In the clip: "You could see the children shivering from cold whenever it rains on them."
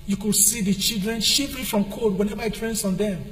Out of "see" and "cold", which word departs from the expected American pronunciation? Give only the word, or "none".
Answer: cold